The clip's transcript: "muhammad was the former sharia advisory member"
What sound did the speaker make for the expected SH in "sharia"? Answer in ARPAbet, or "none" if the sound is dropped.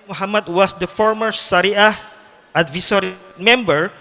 S